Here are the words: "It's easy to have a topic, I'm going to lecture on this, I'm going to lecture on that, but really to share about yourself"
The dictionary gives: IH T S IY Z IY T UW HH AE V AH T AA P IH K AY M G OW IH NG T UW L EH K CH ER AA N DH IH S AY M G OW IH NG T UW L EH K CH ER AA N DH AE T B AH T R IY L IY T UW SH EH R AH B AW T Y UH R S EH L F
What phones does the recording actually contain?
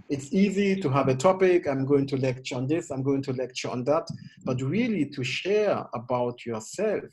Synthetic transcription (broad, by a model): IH T S IY Z IY T UW HH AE V AH T AA P IH K AY M G OW IH NG T UW L EH K CH ER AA N DH IH S AY M G OW IH NG T UW L EH K CH ER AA N DH AE T B AH T R IY L IY T UW SH EH R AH B AW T Y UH R S EH L F